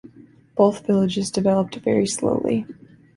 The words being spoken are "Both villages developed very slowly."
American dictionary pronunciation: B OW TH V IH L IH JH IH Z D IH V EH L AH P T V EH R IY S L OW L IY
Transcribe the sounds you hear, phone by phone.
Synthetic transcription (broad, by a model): B OW TH V IH L IH JH IH Z D IH V EH L AH P T V EH R IY S L OW L IY